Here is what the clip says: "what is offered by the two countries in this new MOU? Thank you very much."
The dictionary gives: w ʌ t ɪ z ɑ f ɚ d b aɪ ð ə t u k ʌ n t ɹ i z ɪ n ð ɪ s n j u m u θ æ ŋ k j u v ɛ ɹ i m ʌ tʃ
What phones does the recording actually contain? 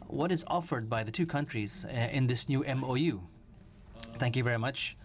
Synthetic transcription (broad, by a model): w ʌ t ɪ z ɑ f ɚ d b aɪ ð ə t u k ʌ n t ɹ i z ɪ n ð ɪ s n j u m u θ æ ŋ k j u v ɛ ɹ i m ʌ tʃ